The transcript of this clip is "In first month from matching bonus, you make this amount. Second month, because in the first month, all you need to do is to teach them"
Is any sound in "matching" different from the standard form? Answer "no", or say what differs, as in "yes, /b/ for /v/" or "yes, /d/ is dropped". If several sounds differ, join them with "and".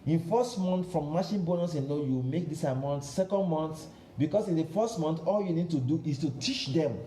yes, /ʃ/ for /tʃ/